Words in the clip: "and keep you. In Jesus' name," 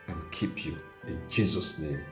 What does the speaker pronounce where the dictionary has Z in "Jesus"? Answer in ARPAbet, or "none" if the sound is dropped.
Z